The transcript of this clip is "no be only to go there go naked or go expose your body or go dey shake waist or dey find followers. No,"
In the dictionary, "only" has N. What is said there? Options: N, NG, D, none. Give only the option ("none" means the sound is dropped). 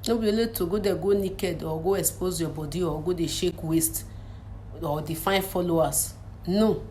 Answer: none